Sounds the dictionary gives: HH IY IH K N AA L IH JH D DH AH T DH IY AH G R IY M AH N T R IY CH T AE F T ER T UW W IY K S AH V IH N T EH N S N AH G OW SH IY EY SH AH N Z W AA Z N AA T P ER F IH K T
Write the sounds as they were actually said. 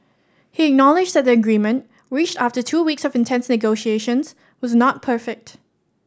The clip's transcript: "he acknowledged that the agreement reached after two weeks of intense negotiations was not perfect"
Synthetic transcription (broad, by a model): HH IY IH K N AA L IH JH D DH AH T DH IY AH G R IY M AH N T R IY CH T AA F T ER T UW W IY K S AH V IH N T EH N S N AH G OW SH IY EY SH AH N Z W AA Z N AA T P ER F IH K T